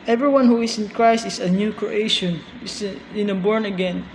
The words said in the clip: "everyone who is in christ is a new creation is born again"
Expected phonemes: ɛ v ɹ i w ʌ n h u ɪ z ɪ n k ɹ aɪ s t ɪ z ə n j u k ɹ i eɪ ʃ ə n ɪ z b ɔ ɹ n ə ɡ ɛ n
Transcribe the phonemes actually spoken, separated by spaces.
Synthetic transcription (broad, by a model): ɛ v ɹ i w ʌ n h u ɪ s ɪ n k ɹ aɪ s t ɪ s ə n j u k ɹ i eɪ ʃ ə n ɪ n b ɔ ɹ n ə ɡ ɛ n